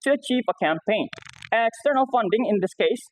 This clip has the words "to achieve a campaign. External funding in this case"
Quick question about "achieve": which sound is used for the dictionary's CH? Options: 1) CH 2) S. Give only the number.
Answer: 1